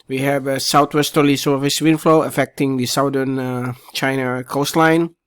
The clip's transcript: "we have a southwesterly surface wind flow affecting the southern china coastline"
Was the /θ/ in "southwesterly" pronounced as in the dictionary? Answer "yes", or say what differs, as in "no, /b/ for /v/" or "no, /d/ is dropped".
no, /t/ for /θ/